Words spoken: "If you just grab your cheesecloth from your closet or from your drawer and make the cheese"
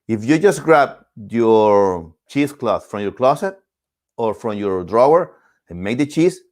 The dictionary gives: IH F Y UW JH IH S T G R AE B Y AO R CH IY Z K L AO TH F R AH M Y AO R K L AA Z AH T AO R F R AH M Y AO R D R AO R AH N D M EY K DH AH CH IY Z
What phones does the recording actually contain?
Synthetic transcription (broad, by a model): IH F Y UW JH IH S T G R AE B Y AO R CH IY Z K L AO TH F R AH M Y AO R K L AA S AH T AO R F R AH M Y AO R D R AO R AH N M EY K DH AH CH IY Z